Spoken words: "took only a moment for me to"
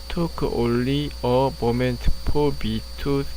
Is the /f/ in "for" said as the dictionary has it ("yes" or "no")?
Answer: no